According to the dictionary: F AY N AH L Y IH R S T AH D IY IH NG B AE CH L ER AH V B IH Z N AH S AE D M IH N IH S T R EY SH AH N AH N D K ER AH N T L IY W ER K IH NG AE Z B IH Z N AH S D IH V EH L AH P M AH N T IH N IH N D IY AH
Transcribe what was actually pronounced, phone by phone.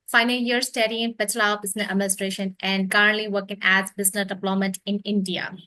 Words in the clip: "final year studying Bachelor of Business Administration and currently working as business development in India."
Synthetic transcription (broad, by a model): F AY N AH L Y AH R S T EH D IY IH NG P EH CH L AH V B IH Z N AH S AE D M IH N IH S T R EY SH AH N AH N D K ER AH N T L IY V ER K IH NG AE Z B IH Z N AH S D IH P L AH M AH T IH N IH N D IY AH